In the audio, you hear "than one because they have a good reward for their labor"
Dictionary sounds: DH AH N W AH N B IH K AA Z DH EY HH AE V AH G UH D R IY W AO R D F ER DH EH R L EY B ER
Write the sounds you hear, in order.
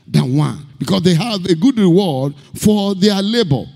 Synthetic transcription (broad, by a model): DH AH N W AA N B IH K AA S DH EY HH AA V AH G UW D R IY W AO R D F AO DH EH L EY B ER